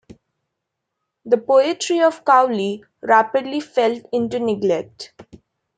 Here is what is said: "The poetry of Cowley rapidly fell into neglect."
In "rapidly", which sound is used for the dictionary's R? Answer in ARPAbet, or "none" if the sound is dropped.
R